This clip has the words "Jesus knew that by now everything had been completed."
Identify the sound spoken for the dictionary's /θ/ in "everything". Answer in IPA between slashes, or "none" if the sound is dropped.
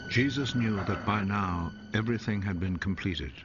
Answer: /θ/